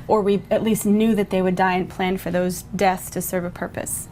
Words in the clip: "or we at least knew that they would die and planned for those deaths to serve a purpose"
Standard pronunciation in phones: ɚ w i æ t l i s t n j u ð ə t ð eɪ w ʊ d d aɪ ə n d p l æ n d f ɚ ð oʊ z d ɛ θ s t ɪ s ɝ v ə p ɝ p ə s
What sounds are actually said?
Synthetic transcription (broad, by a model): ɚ w i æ t l i s t n j u ð ə t ð eɪ w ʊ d d aɪ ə n p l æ n f ɚ ð oʊ z d ɛ θ s t ɪ s ɝ v ə p ɝ p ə s